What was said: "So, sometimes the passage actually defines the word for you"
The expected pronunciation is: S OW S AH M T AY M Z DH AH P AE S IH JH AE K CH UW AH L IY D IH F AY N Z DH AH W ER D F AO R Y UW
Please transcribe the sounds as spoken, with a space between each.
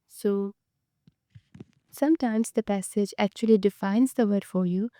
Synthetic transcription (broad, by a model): S OW S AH M T AY M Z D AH P AE S IH JH AE K CH UW AH L IY D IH F AY N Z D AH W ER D F AO R Y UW